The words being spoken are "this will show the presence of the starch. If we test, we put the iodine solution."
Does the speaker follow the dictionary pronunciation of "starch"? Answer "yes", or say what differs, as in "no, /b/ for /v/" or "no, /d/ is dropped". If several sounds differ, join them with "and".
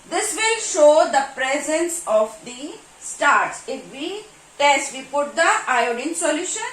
no, /s/ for /tʃ/